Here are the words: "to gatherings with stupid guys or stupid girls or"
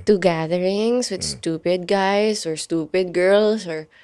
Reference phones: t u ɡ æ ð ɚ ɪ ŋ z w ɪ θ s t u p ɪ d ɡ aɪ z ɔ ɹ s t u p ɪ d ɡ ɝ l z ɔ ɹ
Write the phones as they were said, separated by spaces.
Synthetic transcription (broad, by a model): t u ɡ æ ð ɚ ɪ ŋ s w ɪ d s t u p ɪ d ɡ aɪ s ɔ ɹ s t u p ɪ d ɡ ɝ l s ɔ ɹ